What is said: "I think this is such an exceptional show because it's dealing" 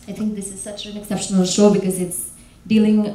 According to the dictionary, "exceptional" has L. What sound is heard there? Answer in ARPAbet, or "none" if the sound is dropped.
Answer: L